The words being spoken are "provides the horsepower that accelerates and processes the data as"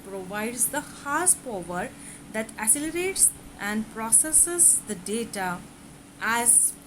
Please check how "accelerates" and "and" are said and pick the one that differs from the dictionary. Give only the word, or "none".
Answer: accelerates